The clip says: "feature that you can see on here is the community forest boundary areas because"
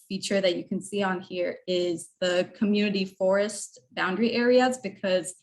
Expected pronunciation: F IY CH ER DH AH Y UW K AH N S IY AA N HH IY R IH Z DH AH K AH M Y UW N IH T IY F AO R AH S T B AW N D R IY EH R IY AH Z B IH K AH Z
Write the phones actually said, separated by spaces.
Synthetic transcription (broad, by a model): F IY CH ER DH AH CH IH K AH N S IY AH N HH IY R IH Z DH AH K AH M Y UW N IH T IY F AO R AH S T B AW N D R IY EH R IY AH Z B IH K AH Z